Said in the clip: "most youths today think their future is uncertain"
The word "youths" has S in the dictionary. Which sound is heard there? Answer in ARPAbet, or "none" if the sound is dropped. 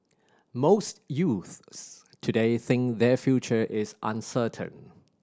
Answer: S